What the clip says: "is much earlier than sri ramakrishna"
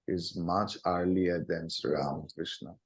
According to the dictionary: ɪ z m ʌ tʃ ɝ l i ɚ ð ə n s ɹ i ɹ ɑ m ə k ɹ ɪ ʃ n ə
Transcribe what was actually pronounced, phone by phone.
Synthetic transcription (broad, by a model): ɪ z m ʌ tʃ ɝ l i ɚ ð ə n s ʌ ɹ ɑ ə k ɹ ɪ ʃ n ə